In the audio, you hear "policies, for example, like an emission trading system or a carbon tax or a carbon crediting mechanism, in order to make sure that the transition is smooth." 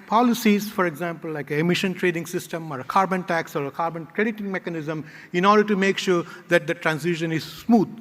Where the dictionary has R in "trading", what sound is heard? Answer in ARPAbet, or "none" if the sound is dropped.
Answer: R